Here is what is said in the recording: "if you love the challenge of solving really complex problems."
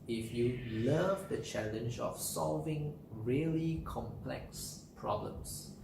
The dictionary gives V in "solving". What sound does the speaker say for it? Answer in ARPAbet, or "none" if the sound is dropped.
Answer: V